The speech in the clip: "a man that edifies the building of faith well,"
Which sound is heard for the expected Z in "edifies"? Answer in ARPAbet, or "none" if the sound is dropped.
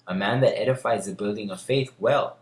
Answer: Z